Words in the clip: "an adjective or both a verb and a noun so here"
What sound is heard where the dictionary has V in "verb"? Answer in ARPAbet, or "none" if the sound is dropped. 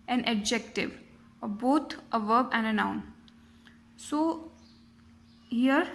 V